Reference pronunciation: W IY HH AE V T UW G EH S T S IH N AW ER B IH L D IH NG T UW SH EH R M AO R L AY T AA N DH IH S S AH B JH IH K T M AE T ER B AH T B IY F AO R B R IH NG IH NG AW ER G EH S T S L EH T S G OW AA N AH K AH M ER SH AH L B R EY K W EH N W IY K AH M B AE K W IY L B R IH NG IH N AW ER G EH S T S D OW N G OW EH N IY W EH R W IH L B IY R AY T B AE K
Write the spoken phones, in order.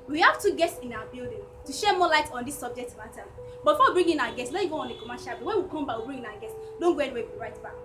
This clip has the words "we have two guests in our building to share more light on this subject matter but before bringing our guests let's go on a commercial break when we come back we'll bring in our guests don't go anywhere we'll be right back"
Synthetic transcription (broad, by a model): W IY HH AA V T UW G EH S T S IH N AW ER B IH L D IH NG T UW SH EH M AO L AY T AA N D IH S S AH B JH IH K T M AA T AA B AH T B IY F AO W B R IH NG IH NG AW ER G EH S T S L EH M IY G OW AA N AH K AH M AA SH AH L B EY W EH N W IY K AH M B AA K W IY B R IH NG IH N AW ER G EH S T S D OW N G OW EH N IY W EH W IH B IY R AY T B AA K